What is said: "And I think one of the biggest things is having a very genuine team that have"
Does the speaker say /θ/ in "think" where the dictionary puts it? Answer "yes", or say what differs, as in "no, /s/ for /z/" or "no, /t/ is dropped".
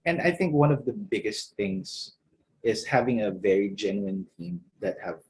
yes